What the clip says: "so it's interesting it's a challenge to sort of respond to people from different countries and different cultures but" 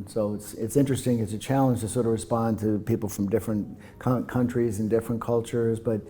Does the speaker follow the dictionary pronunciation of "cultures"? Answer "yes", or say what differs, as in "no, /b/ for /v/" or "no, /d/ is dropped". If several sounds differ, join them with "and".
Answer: yes